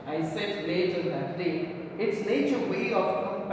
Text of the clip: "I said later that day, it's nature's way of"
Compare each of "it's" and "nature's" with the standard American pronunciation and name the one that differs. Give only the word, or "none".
nature's